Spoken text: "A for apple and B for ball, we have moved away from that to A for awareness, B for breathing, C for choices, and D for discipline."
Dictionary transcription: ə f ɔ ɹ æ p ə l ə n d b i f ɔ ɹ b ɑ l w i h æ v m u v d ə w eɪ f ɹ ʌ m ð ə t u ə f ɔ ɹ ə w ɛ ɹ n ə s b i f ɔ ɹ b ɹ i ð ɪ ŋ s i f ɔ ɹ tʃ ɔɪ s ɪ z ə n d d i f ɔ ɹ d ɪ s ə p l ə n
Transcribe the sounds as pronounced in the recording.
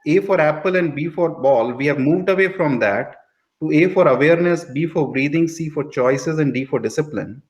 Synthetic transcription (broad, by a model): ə f ɔ ɹ æ p ə l ə n d b i f ɔ ɹ b ɑ l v i h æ v m u v d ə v eɪ f ɹ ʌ m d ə t u ə f ɔ ɹ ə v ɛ ɹ n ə s b i f ɔ ɹ b ɹ i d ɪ ŋ s i f ɔ ɹ tʃ ɔɪ s ɪ z ə n d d i f ɔ ɹ d ɪ s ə p l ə n